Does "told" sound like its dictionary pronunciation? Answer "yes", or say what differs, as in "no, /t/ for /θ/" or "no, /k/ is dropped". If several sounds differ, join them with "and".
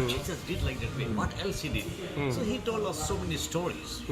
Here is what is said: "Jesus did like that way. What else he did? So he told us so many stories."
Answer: yes